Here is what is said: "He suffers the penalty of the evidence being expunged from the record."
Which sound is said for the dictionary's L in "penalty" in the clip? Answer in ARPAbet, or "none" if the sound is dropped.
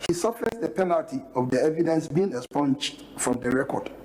L